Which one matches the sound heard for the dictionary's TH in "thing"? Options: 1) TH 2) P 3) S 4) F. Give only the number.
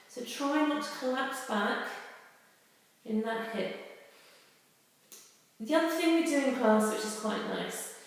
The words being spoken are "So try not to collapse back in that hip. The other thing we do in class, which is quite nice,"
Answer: 1